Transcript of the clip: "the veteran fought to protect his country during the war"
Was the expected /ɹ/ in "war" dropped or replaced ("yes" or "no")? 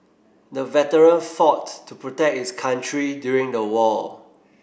yes